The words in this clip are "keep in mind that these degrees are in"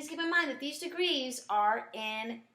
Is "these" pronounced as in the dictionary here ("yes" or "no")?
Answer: yes